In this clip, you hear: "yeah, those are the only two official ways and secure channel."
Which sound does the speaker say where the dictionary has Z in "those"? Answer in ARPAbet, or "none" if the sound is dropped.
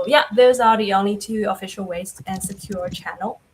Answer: Z